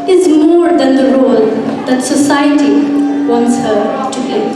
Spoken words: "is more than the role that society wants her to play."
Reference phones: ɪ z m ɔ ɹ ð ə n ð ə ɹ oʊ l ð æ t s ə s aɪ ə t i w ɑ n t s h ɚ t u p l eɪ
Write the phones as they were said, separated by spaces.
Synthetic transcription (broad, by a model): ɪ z m ɔ ɹ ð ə n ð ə ɹ oʊ l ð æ t s ə s aɪ ə t i w ɑ n t s h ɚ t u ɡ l